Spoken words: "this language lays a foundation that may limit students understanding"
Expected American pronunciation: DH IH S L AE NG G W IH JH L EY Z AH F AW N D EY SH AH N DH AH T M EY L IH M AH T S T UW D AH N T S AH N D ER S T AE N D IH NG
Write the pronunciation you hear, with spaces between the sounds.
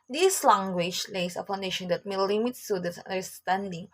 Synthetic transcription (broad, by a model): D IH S L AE NG G W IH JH L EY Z AH P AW N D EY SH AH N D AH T M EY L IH M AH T S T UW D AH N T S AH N D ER S T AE N D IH NG